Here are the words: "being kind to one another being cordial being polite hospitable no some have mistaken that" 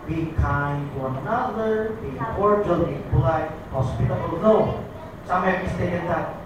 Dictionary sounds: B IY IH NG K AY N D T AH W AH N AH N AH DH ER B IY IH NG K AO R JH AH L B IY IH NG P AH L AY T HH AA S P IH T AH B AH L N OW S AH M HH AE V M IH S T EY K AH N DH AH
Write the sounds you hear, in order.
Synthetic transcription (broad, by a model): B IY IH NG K AY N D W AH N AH N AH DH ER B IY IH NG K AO R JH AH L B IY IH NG B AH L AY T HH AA S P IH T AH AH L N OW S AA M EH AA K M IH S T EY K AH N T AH